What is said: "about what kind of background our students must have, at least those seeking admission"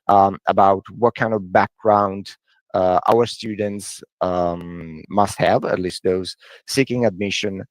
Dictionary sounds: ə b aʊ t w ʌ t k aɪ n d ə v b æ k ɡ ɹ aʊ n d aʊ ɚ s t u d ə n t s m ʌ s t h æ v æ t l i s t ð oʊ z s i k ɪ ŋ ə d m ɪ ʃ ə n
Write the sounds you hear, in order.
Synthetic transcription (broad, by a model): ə b aʊ t w ʌ t k aɪ n d ə v b æ k ɡ ɹ aʊ n d aʊ ɚ s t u d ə n t s m ʌ s t h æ v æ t l i s t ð oʊ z s i k ɪ ŋ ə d m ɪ ʃ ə n